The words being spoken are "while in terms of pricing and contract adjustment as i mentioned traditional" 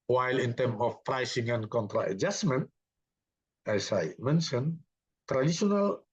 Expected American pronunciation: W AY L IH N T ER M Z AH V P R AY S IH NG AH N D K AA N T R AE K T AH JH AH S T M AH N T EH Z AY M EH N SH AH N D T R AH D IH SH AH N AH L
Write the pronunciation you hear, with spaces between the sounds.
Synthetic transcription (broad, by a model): W AY L IH N T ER M AH F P R AY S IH NG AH N K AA N T R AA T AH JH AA S M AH N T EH S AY M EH N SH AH N T R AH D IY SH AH N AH L